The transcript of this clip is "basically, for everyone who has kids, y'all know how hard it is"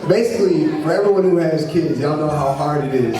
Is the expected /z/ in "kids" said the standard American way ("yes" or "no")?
yes